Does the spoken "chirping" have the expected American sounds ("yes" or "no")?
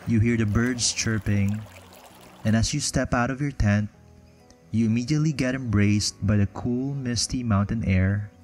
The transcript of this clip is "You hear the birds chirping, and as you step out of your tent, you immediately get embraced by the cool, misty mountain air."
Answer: yes